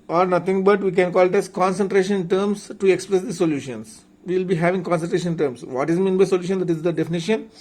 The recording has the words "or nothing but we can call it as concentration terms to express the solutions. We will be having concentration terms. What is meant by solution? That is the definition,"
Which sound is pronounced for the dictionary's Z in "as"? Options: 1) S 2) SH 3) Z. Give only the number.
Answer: 1